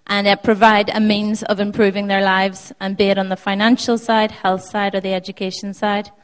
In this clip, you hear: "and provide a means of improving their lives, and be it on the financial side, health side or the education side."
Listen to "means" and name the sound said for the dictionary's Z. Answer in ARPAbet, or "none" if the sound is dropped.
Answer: Z